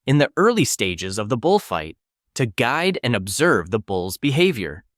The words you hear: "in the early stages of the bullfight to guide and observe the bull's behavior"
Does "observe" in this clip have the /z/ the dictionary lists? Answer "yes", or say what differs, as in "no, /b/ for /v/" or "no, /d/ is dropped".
yes